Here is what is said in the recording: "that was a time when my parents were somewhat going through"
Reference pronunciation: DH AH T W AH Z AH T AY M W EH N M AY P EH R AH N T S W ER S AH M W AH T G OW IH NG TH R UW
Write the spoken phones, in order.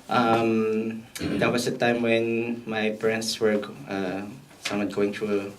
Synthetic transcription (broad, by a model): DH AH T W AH S AH T AY M W EH N M AY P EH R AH N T S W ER S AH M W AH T G OW IH NG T R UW